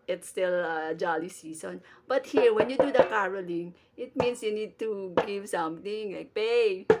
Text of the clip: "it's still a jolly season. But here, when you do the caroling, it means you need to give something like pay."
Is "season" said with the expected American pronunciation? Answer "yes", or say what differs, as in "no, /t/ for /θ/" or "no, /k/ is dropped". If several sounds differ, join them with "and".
no, /s/ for /z/